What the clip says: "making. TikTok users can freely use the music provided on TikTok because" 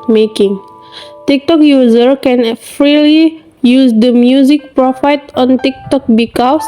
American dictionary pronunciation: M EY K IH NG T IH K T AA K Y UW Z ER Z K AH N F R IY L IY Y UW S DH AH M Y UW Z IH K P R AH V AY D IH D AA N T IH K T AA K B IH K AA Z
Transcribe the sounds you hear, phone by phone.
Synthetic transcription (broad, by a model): M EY K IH NG T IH K T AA K Y UW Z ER K AH N F R IY L IY Y UW S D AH M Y UW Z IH K P R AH F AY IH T AA N T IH K T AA K B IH K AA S